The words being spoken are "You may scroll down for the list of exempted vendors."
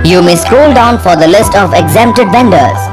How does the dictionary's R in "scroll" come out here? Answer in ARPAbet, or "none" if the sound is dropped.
none